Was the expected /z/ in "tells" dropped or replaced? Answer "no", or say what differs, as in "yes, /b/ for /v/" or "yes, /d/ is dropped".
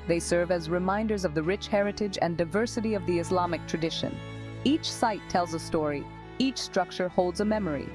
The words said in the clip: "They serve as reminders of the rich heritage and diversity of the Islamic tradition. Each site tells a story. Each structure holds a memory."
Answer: no